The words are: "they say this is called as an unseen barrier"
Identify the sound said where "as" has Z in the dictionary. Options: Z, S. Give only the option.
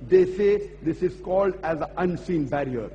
Z